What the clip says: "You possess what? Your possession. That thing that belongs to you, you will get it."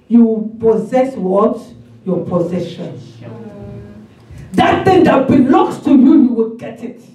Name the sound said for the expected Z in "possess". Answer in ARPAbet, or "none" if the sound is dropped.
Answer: Z